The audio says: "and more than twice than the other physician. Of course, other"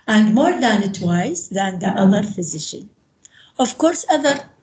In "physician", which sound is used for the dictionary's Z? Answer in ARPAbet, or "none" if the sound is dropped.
Z